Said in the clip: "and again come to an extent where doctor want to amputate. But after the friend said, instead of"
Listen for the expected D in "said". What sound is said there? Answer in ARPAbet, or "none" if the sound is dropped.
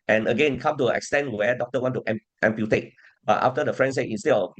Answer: none